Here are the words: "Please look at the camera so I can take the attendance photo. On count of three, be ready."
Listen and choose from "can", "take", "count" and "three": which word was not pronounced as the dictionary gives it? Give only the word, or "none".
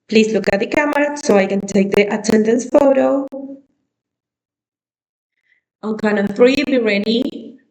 count